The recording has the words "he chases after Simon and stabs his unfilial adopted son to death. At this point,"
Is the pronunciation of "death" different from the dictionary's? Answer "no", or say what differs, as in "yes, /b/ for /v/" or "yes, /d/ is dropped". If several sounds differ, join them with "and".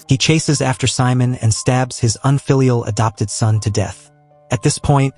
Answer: no